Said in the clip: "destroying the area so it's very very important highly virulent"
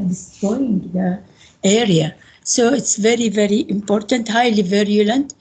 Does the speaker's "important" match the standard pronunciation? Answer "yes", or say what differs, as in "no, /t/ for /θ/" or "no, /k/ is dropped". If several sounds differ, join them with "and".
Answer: yes